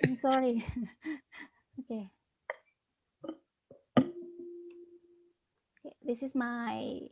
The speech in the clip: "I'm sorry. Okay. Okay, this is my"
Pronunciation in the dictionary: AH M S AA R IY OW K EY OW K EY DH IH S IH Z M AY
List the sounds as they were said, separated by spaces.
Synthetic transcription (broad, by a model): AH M S AA R IY OW K EY OW K EY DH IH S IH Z M AY